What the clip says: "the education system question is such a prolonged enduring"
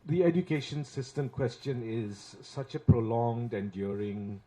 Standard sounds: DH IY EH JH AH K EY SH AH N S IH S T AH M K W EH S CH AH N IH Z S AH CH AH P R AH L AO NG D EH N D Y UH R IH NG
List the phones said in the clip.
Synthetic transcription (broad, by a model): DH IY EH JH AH K EY SH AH N S IH S T AH M K W EH S CH AH N IH Z S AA CH AH P R AH L AO NG D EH N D Y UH R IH NG